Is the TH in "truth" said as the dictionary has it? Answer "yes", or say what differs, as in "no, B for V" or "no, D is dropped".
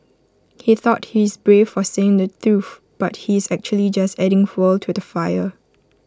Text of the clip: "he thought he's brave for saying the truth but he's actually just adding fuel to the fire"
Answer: no, F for TH